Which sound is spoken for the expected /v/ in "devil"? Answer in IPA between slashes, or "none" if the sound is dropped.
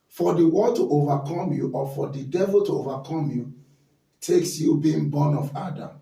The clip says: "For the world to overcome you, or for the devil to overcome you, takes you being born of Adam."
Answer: /v/